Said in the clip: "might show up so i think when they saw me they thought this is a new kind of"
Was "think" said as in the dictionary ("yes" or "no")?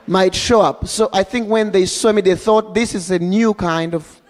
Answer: yes